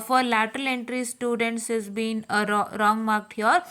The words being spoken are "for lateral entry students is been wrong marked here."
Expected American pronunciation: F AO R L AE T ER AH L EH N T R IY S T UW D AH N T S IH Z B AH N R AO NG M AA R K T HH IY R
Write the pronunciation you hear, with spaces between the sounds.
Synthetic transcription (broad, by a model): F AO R L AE T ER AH L EH N T R IY S T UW D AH N T S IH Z B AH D R AO NG M AA R K T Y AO R